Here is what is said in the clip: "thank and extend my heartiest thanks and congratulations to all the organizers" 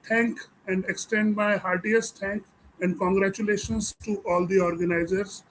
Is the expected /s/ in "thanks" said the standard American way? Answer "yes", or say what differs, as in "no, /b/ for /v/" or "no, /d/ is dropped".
no, /s/ is dropped